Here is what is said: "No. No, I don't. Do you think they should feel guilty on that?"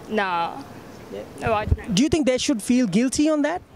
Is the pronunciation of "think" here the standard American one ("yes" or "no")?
no